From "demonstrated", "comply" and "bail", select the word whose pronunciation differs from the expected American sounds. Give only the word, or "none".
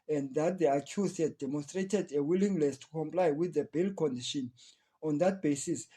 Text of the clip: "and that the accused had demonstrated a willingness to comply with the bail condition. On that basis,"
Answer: none